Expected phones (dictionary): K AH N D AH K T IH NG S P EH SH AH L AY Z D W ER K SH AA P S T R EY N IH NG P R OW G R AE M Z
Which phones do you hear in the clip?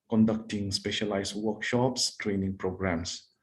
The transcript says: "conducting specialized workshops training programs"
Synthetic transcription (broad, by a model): K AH N D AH K T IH NG S P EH SH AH L AY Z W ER K SH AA P S T R EY N IH NG P R OW G R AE M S